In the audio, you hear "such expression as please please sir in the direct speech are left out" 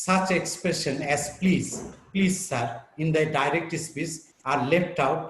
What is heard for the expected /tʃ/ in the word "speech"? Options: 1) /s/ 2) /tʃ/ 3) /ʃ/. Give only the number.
1